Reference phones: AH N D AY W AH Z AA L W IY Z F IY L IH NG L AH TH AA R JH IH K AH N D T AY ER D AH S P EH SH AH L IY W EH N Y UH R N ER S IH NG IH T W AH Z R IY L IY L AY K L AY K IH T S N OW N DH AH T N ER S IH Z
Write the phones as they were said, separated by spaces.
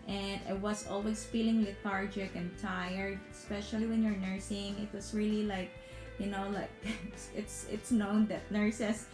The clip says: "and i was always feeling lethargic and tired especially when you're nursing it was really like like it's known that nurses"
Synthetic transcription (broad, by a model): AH N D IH W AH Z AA L W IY S F IY L IH NG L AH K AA R JH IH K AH N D T AY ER AH S P EH SH AH L IY W EH N Y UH R N ER S IH NG IH T W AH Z R IY L IY L AY K L AY K IH T S N OW N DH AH T N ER S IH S